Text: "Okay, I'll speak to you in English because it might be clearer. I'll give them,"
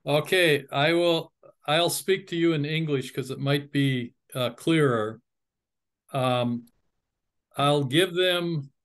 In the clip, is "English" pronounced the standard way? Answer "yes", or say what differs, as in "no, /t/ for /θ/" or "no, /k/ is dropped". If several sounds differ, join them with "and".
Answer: yes